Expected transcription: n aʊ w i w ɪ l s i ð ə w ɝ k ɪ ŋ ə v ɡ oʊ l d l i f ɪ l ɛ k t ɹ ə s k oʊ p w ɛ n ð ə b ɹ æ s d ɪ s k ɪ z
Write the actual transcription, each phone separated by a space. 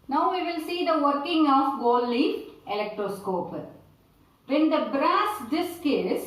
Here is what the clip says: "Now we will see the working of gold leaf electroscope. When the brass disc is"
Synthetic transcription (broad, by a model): n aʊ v i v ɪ l s i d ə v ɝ k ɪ ŋ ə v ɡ oʊ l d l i ɪ l ɛ k t ɹ ə s k oʊ p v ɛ n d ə b ɹ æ s d ɪ s k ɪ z